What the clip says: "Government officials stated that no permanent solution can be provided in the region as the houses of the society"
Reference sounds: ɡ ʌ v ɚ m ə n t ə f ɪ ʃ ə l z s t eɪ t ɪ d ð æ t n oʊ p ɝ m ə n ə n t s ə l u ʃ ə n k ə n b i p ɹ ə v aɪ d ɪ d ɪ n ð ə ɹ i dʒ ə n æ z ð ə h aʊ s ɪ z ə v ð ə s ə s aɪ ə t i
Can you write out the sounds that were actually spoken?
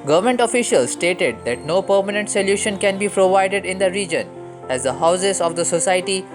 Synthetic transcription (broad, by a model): ɡ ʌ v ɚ m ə n t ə f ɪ ʃ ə l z s t eɪ t ɪ d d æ t n oʊ p ɝ m ə n ə n t s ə l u ʃ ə n k ə n b i p ɹ ə v aɪ d ɪ d ɪ n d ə ɹ i dʒ ə n æ z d ə h aʊ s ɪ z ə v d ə s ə s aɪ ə t i